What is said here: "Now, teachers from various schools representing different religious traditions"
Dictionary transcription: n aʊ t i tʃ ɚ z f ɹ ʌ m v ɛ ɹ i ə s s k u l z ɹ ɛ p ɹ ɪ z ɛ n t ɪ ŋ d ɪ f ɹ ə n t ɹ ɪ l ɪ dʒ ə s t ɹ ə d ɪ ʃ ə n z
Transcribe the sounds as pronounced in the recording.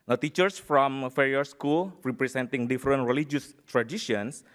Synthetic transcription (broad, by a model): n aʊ t i tʃ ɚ s f ɹ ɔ m f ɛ ɹ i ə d s k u l ɹ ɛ p ɹ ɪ s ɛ n t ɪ ŋ d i f ɹ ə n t ɹ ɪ l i dʒ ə s t ɹ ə d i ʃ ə n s